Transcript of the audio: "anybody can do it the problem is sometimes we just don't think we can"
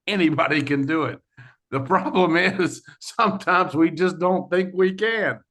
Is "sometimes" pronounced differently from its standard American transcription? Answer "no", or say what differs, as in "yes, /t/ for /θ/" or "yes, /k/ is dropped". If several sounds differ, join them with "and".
no